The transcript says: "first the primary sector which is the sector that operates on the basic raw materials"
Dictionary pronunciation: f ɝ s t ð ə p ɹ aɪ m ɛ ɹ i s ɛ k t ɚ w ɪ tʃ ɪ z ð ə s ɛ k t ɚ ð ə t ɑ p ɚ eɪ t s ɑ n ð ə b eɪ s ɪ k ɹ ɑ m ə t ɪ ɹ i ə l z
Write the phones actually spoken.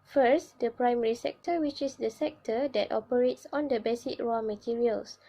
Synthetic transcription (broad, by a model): f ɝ s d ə p ɹ aɪ m ɛ ɹ i s ɛ k t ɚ w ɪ tʃ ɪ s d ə s ɛ k t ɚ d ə t ɑ p ɚ eɪ t s ɑ n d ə b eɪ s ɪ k ɹ ɑ m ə t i ɹ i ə l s